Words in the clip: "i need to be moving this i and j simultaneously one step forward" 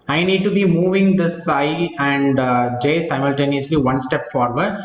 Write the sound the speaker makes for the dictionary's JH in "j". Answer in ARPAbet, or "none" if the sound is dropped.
JH